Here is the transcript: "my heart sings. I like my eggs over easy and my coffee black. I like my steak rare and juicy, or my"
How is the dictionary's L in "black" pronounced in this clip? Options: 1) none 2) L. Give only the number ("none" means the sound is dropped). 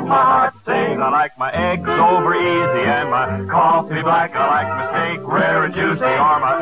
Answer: 1